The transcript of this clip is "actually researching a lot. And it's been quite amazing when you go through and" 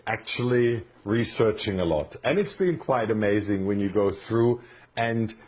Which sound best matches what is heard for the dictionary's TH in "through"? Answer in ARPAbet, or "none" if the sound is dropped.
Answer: TH